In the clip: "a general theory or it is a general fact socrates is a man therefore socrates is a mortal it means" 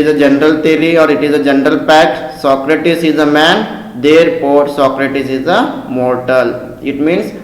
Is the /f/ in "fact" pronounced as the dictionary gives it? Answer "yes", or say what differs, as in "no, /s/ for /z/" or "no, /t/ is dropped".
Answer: no, /p/ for /f/